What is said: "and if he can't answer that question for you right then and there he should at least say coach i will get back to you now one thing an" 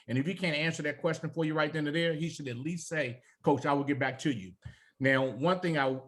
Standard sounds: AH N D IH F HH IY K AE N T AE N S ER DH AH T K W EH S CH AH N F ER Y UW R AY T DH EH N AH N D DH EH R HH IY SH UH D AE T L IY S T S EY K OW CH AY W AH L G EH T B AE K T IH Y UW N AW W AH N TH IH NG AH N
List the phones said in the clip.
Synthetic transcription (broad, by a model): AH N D IH F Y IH K AE N T AE N S ER DH AH T K W EH S CH AH N F ER Y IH R AY T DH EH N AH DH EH R HH IY SH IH D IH T L IY S T S EY K OW CH AY W AH L G EH T B AE K T IH Y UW N AW W AH N TH IH NG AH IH